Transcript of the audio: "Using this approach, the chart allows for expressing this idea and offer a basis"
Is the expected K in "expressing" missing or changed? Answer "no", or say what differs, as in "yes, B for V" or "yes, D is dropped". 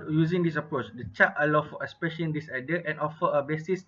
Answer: yes, K is dropped